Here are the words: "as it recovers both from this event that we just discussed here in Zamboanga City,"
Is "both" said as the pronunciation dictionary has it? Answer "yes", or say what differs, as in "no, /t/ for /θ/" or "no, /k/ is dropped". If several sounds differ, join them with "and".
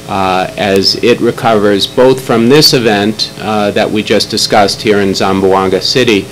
yes